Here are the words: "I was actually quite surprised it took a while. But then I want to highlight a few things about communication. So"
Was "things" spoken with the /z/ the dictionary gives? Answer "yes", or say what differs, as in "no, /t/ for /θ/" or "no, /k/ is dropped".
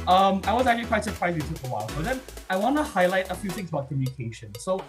yes